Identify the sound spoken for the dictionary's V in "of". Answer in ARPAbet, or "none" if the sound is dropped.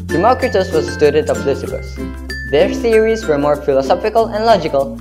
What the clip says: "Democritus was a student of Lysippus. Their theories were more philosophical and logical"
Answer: P